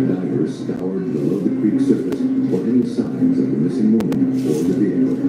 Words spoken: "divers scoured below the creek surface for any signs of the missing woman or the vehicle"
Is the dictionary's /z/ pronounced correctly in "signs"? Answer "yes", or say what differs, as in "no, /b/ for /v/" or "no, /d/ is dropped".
yes